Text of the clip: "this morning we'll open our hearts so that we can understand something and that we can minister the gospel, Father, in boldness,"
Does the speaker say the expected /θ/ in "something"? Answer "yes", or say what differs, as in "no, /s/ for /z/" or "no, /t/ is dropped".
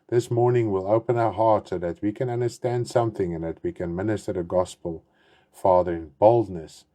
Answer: yes